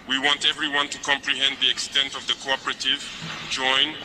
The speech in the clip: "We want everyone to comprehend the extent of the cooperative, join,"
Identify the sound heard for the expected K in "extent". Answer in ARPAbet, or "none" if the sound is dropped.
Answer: K